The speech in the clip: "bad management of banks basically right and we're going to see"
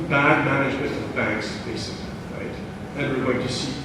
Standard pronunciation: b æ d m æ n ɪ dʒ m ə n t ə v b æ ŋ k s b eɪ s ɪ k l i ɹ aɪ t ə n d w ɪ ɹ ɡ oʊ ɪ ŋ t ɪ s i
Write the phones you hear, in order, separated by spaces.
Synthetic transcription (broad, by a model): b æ d m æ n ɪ dʒ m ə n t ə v b æ ŋ k s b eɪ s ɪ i ɹ aɪ t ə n w ɪ ɹ ɡ oʊ ɪ ŋ t ɪ s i